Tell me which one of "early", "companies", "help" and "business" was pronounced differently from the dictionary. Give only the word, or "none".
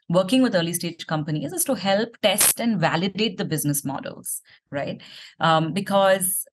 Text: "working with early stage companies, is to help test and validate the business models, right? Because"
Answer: none